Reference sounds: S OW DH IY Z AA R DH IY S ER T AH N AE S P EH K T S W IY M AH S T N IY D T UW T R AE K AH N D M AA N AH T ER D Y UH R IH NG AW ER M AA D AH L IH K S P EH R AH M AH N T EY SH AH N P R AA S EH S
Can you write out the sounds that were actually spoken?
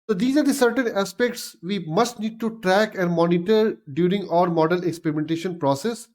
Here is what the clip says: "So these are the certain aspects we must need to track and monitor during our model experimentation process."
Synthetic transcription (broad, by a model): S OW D IY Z AA R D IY S ER T AH N AE S P EH K T S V IY M AH S T N IY D T UW T R AE K AH N D M AA N AH T ER D Y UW R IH NG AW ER M AA D AH L IH K S P EH R AH M AH N T EY SH AH N P R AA S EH S